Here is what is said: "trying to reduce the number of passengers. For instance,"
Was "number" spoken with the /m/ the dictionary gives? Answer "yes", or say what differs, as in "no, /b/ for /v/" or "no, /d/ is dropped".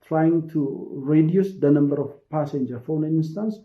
yes